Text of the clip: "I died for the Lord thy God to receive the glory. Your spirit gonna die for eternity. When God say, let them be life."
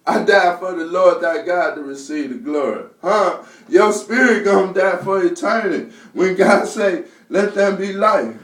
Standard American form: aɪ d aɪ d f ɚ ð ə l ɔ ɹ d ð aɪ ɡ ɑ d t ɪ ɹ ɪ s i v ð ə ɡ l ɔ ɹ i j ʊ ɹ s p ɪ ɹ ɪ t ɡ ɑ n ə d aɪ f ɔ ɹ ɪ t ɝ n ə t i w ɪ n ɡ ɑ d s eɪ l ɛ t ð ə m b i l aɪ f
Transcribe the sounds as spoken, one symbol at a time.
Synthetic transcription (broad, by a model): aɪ d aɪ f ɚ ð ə l ɔ ɹ d ð aɪ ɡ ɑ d t ɪ ɹ ɪ s i v ð ə ɡ l ɔ ɹ i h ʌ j s p ɪ ɹ ɪ t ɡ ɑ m d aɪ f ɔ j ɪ t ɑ ə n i w ɪ n ɡ ɑ d s eɪ l ɛ t ð ə m b i l aɪ